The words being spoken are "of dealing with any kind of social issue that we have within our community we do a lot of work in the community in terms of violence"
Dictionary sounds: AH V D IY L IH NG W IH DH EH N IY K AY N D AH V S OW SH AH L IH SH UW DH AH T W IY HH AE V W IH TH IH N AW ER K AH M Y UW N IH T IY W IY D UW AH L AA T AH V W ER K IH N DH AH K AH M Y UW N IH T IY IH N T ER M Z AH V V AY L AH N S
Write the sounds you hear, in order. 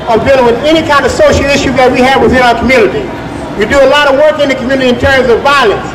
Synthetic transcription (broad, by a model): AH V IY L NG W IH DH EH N IY K AY N D AH V S OW SH L IH SH UW DH AH T W IY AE V W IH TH IH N AW ER K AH M Y UW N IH T IY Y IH D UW AH L AA T AH V W ER K IH N DH AH K M Y UW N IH T IY IH N T ER M Z AH V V AY L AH N S